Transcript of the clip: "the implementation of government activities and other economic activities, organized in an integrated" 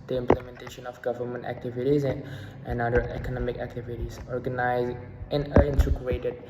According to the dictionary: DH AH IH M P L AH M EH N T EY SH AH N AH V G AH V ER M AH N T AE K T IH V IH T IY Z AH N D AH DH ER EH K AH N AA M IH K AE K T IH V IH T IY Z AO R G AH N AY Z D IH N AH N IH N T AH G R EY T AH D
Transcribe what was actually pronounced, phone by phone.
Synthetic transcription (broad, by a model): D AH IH M P L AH M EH N T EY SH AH N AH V G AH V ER M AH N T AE K T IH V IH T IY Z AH N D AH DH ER EH K AH N AA M IH K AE K T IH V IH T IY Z AO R G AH N AY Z IH N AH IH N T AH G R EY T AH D